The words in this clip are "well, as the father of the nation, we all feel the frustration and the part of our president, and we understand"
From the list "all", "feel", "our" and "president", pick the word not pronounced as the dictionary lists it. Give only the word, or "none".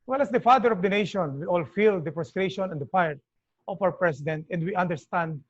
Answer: president